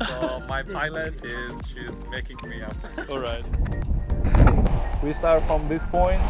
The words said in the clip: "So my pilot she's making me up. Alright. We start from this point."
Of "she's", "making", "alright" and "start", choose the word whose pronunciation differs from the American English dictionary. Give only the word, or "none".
none